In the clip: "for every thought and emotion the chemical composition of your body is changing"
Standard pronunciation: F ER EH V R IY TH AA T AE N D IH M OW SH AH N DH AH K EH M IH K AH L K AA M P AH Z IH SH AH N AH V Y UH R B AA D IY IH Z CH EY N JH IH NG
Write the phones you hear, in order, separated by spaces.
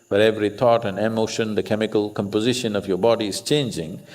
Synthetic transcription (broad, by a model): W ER EH V R IY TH AA T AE N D IH M OW SH AH N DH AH K EH M IH K AH L K AA M P AH Z IH SH AH N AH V Y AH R B AA D IY IH Z CH EY N JH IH NG